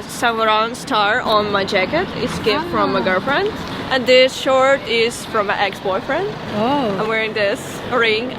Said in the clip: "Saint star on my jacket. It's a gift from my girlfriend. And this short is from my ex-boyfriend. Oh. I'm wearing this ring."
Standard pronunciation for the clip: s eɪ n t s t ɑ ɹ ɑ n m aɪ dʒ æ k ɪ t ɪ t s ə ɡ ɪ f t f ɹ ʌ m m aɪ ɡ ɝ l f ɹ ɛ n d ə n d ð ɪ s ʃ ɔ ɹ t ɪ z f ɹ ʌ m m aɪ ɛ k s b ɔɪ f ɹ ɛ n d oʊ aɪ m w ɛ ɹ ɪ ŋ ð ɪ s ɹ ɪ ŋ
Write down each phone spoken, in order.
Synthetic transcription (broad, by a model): s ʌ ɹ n s t ɑ ɹ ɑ n m aɪ dʒ æ k ɪ t ɪ t s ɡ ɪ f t f ɹ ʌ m m aɪ ɡ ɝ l f ɹ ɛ n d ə n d ð ɪ s ʃ ɔ ɹ t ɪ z f ɹ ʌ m m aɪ ɛ k s b ɔɪ f ɹ ɛ n d oʊ aɪ m w ɛ ɹ ɪ ŋ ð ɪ s ɹ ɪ ŋ